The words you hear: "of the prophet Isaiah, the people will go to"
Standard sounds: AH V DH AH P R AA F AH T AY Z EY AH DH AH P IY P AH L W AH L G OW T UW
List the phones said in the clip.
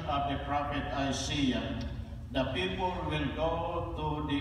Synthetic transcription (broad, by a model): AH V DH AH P R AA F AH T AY S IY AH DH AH P IY P AH L W AH L G OW T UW